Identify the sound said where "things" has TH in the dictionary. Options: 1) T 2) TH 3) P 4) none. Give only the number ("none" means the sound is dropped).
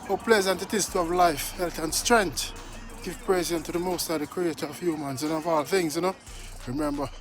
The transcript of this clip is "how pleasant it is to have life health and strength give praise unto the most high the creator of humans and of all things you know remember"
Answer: 2